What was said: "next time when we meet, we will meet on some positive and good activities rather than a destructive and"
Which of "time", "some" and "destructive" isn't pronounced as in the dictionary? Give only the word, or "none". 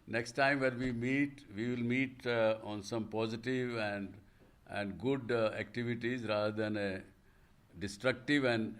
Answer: none